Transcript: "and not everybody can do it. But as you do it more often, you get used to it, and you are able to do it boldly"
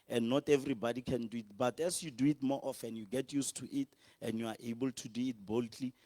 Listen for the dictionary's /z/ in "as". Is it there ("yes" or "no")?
no